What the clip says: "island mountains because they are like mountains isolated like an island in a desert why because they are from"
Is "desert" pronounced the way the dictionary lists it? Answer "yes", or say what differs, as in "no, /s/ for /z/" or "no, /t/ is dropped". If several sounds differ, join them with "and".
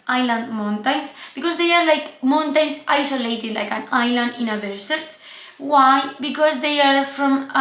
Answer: no, /s/ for /z/